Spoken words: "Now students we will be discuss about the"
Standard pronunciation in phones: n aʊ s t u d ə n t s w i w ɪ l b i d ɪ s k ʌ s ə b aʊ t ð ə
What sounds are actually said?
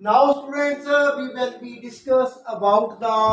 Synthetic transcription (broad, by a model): n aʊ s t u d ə t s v i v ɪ l b i d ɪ s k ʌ s ə b aʊ t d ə